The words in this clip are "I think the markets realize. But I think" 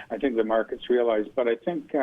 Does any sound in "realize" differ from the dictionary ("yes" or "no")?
no